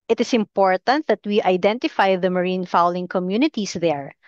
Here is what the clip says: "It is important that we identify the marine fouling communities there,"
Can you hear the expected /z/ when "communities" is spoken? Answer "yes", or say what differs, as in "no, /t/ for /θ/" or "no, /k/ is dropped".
no, /s/ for /z/